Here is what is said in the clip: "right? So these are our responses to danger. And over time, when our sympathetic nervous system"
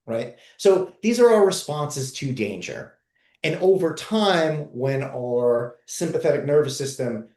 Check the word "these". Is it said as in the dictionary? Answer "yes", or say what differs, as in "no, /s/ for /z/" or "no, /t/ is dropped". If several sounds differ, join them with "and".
yes